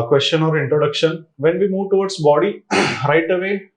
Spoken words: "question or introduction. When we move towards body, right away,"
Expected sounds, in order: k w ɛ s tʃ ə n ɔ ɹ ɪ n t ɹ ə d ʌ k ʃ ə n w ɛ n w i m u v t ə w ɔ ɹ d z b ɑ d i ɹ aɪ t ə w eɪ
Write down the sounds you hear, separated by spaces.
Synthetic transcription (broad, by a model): k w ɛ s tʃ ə n ɔ ɹ ɪ n t ɹ ə d ʌ k ʃ ə n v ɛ n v i m u v t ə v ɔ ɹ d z b ɑ d i ɹ aɪ t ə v eɪ